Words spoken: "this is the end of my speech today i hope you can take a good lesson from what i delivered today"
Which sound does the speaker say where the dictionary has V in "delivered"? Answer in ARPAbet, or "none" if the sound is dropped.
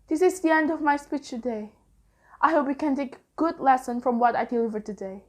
V